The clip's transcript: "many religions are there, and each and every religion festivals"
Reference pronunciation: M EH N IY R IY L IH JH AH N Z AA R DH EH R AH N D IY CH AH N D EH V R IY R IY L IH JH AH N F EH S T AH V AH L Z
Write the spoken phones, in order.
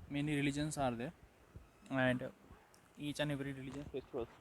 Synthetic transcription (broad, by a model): M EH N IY R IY L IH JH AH N S AA R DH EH AH N D IY CH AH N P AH R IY R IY L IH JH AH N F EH S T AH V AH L